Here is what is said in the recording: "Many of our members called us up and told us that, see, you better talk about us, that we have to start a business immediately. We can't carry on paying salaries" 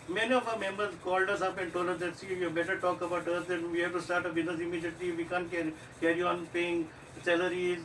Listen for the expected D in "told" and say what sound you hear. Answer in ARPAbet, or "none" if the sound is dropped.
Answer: none